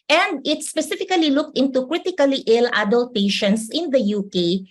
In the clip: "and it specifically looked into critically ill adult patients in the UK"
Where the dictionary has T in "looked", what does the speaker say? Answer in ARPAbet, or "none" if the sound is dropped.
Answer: T